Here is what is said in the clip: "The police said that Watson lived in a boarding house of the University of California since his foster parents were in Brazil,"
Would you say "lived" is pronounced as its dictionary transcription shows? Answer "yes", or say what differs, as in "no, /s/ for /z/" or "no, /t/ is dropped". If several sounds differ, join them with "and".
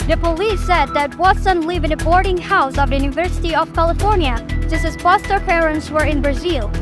no, /d/ is dropped